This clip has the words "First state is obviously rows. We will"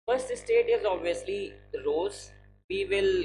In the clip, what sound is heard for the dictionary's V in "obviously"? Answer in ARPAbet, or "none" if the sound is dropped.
V